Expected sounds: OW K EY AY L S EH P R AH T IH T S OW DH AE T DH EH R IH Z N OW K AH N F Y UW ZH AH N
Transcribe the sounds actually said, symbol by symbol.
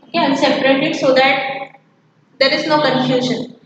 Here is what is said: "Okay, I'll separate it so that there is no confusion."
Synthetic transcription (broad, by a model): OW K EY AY N S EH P R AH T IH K S OW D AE T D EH R IH Z N OW K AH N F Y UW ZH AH N